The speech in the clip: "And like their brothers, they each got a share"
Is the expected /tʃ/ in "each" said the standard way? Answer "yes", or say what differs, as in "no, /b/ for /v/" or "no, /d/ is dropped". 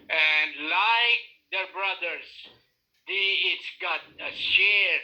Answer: no, /s/ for /tʃ/